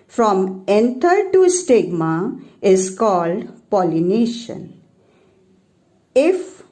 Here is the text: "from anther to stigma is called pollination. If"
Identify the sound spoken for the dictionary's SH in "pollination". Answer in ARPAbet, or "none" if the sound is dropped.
SH